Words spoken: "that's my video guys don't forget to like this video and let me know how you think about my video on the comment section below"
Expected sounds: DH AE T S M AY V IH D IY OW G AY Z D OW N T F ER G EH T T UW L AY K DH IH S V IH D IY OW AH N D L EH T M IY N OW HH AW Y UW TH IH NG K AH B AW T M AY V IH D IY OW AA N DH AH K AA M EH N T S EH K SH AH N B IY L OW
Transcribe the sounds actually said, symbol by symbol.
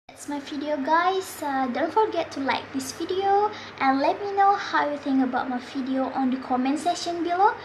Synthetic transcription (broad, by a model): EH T S M AY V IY D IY OW G AY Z D OW N T F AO G EH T T UW L AY K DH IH S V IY D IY OW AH N L EH T M IY N OW HH AW Y UW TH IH NG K AH B AW T M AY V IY D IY OW AA N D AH K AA M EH N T S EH SH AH N B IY L OW